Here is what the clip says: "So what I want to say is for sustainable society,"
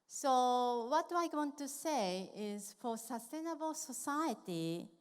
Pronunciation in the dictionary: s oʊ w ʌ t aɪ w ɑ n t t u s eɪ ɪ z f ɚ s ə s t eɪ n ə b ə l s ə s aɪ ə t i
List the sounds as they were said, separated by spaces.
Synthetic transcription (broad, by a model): s oʊ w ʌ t aɪ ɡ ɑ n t t u s eɪ ɪ z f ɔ s ə s t eɪ n ə b ə l s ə s aɪ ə t i